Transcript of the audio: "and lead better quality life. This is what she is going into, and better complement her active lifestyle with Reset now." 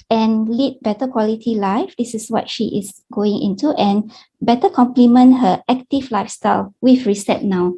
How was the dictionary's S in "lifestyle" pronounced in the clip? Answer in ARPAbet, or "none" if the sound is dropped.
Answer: S